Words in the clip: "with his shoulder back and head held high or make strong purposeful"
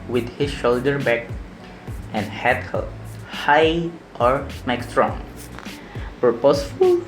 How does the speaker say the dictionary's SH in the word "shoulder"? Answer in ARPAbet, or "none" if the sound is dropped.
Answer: SH